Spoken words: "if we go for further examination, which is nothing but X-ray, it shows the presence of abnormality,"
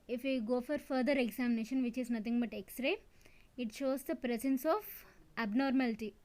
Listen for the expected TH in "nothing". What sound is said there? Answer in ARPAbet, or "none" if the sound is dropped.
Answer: T